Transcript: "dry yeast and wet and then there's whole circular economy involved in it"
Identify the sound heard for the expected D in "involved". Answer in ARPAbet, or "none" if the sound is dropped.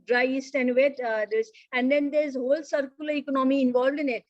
D